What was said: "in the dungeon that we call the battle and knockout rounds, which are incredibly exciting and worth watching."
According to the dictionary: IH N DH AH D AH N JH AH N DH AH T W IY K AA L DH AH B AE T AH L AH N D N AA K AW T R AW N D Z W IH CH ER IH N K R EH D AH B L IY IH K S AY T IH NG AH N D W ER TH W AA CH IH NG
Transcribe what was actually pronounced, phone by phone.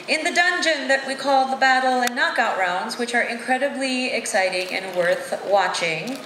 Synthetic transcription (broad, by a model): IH N DH AH D AH N JH AH N DH AH T W IY K AA L DH AH B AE T L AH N N AA K AW T R AW N D Z W IH CH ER IH N K R EH D AH B L IY IH K S AY T IH NG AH N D W ER TH W AA CH IH NG